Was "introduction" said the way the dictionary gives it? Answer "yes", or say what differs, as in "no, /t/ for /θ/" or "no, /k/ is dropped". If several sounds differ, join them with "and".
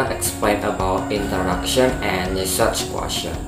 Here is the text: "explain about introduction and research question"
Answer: no, /ɹ/ is dropped